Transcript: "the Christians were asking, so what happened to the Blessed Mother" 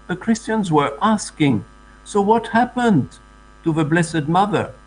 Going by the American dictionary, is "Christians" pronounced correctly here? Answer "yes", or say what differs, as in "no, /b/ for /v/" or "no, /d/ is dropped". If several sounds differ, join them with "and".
yes